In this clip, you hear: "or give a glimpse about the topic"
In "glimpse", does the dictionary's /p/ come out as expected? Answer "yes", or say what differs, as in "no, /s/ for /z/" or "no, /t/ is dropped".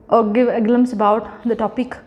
no, /p/ is dropped